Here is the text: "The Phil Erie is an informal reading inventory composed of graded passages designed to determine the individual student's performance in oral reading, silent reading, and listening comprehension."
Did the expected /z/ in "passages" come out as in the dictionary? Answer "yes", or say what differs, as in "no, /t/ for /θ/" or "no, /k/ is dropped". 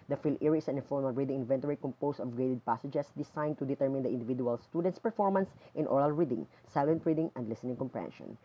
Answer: no, /s/ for /z/